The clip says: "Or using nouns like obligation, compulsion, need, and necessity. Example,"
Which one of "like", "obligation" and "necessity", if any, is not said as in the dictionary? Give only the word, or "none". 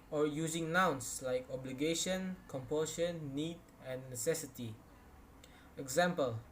none